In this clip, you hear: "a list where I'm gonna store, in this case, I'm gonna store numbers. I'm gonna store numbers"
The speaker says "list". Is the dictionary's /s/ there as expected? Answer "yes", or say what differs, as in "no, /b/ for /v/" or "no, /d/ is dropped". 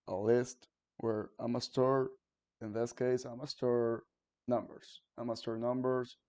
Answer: yes